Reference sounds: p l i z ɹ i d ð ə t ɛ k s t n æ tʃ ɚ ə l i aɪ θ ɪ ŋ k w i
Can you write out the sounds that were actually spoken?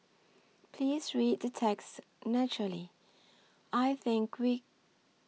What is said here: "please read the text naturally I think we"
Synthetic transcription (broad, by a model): p l i z ɹ i d ð ə t ɛ k s t n æ tʃ ɚ ə l i aɪ θ ɪ ŋ k w i